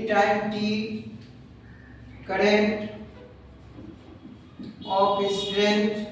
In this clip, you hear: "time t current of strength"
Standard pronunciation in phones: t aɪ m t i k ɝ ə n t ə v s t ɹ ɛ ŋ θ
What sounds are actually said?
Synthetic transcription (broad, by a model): t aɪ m t i k ɝ ə n t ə p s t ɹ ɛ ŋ